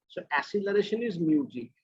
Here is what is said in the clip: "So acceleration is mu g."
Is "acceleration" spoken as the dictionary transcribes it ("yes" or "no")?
no